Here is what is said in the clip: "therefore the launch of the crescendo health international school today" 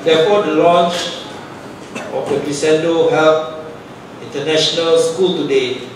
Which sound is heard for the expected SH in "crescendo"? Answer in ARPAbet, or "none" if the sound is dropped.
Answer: S